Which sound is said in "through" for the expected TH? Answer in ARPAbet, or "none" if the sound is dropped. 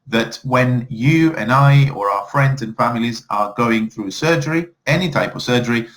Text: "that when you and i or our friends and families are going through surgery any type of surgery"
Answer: TH